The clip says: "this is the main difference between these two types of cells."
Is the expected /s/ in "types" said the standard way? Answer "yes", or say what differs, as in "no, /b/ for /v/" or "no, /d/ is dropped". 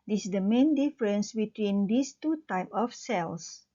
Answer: no, /s/ is dropped